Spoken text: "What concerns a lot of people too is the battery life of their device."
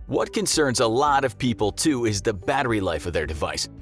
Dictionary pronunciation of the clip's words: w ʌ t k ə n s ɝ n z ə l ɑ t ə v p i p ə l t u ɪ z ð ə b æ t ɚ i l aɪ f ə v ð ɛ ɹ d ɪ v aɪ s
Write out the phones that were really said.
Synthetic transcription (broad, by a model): w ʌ t k ə n s ɝ n z ə l ɑ t ə v p i p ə l t u ɪ z ð ə b æ t ɚ i l aɪ f ə v ð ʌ ɹ d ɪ v aɪ s